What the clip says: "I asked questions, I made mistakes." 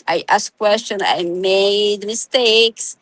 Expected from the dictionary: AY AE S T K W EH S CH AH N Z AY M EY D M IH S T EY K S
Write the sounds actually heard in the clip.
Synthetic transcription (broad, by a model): AY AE S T K W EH S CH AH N AY M EY D M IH S T EY K S